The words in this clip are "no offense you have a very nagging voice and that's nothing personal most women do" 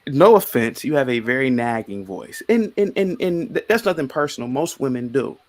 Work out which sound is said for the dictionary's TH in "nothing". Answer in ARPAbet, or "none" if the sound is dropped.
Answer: TH